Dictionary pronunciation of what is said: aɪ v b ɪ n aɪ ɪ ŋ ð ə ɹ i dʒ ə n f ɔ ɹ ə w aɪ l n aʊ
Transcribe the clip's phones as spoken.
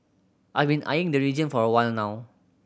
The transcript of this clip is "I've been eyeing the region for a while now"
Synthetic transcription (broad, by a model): aɪ v b ɪ n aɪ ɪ ŋ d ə ɹ i dʒ ə n f ɔ ɹ ə w aɪ l n aʊ